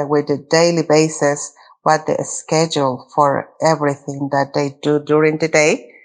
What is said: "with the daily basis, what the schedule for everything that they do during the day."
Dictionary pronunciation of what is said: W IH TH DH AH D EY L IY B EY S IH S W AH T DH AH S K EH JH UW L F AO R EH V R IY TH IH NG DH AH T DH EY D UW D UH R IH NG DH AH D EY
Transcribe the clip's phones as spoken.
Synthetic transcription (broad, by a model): W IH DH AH D EY L IY B EY S IH S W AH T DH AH S K EH JH UW L F AO R EH V R IY TH IH NG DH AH T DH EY D UW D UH R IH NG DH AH D EY